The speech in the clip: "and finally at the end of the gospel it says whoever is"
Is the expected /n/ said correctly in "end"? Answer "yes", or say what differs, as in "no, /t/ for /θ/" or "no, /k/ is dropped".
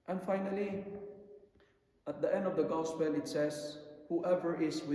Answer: yes